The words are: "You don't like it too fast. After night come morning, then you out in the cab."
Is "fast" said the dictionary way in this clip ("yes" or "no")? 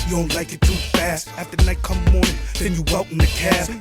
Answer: yes